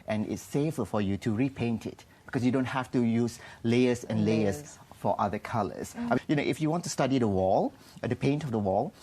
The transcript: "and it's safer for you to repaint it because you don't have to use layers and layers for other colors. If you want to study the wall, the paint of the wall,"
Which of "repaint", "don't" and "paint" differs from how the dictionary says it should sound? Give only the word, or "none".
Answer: none